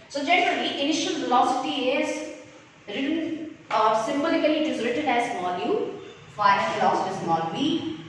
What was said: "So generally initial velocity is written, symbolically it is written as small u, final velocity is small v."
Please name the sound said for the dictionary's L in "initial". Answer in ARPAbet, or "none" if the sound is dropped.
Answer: L